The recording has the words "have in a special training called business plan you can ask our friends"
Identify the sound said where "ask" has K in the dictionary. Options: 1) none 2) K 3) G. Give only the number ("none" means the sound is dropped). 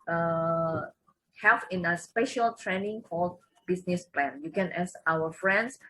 1